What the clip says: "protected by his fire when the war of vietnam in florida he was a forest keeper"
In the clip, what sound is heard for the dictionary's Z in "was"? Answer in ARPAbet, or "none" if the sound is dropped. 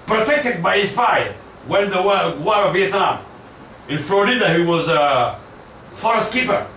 Z